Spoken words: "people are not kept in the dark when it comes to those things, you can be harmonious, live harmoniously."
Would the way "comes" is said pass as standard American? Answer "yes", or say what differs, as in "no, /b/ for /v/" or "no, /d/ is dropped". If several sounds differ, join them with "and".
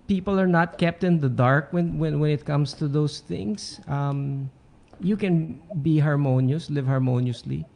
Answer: no, /s/ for /z/